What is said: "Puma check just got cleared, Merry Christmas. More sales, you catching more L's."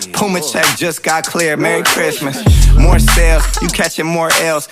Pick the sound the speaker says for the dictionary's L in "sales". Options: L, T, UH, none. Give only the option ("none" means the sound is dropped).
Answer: L